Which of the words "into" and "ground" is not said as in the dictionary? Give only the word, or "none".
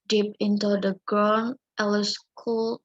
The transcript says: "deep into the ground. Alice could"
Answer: ground